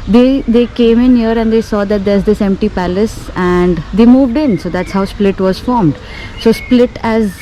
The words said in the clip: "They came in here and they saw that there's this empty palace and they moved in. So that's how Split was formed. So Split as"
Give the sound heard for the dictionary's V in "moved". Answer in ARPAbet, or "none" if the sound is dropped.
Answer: V